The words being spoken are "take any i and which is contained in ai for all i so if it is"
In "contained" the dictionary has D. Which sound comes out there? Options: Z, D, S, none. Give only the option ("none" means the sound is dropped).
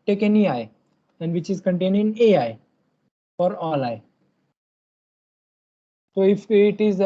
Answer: none